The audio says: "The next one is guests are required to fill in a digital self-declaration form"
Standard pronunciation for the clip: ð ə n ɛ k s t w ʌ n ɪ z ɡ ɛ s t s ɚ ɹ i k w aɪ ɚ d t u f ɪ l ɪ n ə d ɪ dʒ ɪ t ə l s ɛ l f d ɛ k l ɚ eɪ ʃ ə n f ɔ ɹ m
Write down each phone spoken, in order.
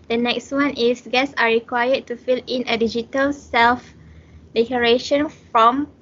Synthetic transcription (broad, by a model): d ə n ɛ k s t w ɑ n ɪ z ɡ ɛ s s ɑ ɹ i k w aɪ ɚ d t u f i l ɪ n ə d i dʒ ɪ t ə l s ɛ l f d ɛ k ɚ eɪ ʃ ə n f ɔ m